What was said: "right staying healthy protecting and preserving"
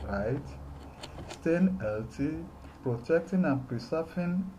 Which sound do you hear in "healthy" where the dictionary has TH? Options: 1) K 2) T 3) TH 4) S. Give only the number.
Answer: 2